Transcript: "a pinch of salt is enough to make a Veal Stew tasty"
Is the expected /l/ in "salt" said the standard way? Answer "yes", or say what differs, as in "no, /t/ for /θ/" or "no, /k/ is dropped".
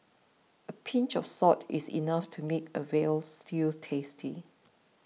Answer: no, /l/ is dropped